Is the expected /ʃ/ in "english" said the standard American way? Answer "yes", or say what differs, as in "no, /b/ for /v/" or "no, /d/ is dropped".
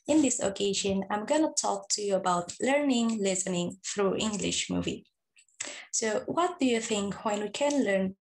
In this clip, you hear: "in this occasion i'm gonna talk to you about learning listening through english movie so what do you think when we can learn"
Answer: yes